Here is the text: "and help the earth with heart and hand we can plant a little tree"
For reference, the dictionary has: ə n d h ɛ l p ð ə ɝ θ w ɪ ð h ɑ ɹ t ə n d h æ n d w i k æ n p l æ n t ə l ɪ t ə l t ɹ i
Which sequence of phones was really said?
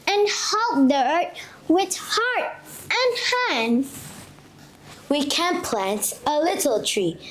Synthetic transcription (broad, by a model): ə n h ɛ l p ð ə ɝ t w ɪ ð h ɑ ɹ t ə n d h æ n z w i k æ n p l æ n t ə l ɪ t l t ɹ i